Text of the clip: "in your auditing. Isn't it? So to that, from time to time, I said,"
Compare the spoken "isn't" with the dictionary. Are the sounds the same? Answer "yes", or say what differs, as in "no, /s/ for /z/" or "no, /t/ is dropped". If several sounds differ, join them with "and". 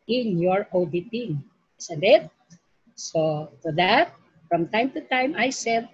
no, /s/ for /z/